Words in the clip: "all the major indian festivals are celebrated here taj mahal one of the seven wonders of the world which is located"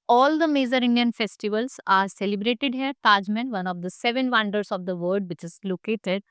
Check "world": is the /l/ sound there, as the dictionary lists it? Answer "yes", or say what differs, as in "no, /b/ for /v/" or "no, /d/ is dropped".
no, /l/ is dropped